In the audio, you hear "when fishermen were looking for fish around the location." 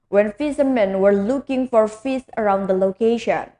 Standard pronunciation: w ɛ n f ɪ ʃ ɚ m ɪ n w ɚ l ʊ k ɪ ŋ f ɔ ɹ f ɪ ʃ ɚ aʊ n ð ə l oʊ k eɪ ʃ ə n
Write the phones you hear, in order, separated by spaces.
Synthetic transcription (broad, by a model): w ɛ n f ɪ s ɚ m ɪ n w ɚ l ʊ k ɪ ŋ f ɔ ɹ f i s ɚ aʊ n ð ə l oʊ k eɪ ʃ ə n